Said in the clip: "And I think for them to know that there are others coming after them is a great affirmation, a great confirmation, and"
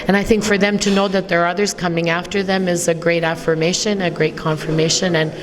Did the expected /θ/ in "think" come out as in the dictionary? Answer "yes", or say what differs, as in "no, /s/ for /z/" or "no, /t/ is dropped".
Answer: yes